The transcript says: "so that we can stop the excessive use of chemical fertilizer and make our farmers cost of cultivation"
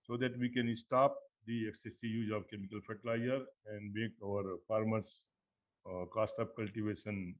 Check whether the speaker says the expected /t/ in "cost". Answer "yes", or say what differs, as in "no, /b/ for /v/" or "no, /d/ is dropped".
yes